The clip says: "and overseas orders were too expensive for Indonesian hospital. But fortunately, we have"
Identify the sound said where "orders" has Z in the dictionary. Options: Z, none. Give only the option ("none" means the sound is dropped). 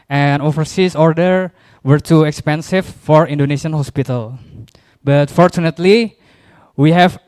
none